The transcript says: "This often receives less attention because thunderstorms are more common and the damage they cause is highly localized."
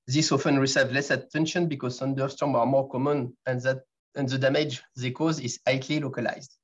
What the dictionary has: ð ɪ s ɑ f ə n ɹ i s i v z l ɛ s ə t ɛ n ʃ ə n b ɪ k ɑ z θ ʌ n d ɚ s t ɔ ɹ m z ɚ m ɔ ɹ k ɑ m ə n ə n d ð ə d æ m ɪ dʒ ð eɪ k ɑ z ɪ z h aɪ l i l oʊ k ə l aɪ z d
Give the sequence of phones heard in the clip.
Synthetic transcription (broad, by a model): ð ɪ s ɑ f ə n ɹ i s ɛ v l ɛ s ə t ɛ n ʃ ə n b ɪ k ɑ z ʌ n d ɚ s t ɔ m ɚ m ɔ ɹ k ɑ m ə n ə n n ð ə d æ m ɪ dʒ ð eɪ k ɑ z ɪ z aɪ l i l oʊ k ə l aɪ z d